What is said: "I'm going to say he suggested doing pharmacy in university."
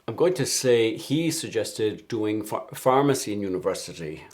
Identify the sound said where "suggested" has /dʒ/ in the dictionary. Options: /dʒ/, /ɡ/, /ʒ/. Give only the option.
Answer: /dʒ/